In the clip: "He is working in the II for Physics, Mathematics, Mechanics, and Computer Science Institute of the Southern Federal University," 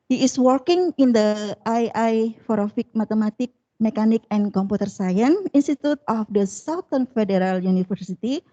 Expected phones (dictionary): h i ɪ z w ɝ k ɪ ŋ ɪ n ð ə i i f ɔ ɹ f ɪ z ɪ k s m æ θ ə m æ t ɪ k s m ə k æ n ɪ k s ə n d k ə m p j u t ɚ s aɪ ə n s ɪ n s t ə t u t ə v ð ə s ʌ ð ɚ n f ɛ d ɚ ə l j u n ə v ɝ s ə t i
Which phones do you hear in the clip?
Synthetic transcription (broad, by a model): h i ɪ s w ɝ k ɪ ŋ ɪ n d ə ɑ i f ɔ ɹ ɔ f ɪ k m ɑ t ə m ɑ t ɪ k m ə k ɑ n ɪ k ə n k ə m p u t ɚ s aɪ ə n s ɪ n s t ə t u t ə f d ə s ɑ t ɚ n f ɛ d ɚ ə l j u n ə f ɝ s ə t i